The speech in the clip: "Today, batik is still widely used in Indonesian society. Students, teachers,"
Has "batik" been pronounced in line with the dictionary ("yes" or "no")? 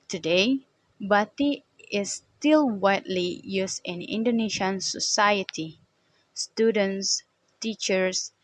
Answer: no